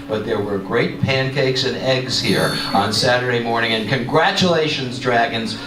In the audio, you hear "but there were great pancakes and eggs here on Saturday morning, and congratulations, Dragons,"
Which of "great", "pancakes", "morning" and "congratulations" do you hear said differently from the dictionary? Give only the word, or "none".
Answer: none